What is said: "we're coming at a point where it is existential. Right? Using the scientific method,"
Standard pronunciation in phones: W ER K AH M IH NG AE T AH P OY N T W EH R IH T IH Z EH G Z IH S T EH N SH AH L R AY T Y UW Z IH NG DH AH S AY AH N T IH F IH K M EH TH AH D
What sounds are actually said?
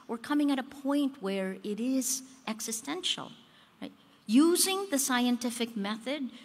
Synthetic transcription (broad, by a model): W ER K AH M IH NG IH T AH P OY N T W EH R IH T IH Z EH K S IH S T EH N SH L R AY T Y UW Z IH NG DH AH S AY AH N T IH F IH K M EH TH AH D